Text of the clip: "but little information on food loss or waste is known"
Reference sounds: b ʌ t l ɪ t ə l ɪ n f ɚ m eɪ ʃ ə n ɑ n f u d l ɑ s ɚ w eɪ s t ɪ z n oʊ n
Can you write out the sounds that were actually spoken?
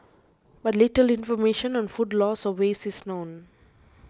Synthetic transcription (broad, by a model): b ʌ t l ɪ t ə l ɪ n f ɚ m eɪ ʃ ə n ɑ n f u d l ɑ s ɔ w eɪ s ɪ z n oʊ n